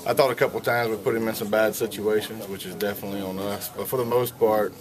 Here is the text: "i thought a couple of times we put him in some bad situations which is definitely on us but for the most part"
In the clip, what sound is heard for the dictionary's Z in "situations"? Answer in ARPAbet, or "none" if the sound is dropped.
Z